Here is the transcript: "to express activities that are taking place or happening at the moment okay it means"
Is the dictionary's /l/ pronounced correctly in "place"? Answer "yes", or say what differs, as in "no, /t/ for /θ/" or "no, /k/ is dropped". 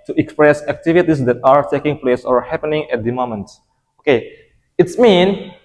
yes